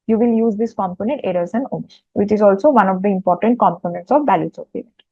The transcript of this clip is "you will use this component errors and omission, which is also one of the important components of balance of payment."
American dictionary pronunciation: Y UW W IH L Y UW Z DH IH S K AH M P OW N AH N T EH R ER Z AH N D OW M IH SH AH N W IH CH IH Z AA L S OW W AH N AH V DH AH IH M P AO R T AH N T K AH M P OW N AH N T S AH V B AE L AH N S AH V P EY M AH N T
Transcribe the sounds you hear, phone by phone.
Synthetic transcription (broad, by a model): Y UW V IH L Y UW Z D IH S K AH M P OW N AH N T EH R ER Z AH N D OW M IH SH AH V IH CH IH Z AA L S OW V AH N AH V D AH IH M P AO R T AH N T K AH M P OW N AH N T S AH V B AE L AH S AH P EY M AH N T